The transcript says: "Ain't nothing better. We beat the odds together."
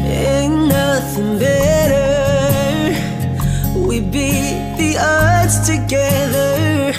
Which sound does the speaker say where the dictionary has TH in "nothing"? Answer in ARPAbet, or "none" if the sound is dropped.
TH